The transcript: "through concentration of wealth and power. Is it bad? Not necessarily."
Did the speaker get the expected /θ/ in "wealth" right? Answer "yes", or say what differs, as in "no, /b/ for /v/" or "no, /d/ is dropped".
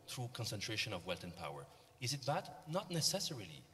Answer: no, /t/ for /θ/